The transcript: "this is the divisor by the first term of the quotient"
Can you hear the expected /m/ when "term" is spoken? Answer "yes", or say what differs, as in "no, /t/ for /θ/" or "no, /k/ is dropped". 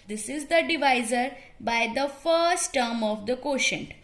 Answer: yes